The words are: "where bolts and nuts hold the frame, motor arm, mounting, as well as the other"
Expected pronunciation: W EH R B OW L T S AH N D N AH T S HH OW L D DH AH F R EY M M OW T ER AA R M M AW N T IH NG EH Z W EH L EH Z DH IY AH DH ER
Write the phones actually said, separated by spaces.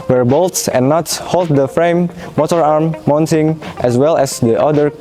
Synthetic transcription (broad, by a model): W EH R B OW L T S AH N N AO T HH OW L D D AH F R EY M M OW T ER AA R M M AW N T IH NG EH S W EH L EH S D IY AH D ER